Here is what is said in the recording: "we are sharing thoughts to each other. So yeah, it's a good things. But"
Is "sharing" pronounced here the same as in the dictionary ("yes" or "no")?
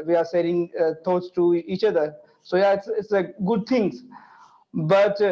no